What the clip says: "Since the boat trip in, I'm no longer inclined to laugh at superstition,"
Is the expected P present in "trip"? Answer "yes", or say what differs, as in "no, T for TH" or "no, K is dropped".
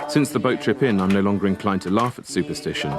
yes